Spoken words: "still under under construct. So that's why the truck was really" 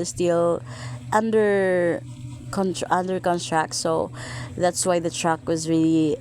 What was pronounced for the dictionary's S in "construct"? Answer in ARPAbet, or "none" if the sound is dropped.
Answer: none